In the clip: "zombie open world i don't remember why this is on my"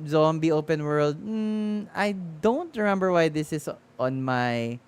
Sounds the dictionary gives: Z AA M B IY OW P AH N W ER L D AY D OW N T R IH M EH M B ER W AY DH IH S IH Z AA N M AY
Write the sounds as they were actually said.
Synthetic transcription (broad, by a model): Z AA M B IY OW P AH N W ER L D AY D OW N T R IH M EH M B ER W AY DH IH S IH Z AA N M AY